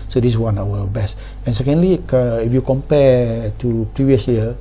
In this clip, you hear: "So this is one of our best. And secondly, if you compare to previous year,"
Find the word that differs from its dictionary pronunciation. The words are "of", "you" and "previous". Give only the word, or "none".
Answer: of